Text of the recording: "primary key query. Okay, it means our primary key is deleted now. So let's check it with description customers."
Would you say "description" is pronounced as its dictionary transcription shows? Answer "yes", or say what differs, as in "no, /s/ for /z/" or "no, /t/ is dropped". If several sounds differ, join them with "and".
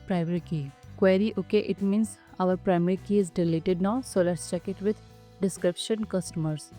yes